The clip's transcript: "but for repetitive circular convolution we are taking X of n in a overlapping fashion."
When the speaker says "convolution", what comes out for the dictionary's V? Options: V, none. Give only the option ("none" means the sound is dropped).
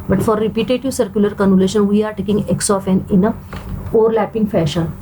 none